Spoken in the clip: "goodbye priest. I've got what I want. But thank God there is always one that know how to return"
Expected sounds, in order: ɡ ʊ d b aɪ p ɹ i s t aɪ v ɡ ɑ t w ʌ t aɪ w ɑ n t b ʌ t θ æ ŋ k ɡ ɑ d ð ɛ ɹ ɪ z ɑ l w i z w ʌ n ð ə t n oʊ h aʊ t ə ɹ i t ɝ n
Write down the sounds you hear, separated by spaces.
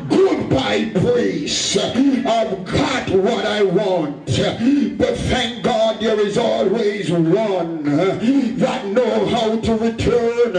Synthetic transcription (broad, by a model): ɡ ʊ d b aɪ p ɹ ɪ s aɪ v ɡ ɑ t w ʌ t aɪ w ɑ n t b ʌ t θ æ ŋ k ɡ ɑ d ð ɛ ɹ ɪ z ɑ l w i z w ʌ n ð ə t n oʊ h aʊ t ə ɹ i t ɝ n